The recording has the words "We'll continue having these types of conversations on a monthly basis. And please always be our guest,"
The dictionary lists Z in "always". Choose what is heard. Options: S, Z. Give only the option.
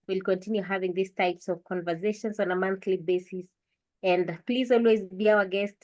Z